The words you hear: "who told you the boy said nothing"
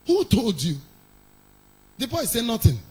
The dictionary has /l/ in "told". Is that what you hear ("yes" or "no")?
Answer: yes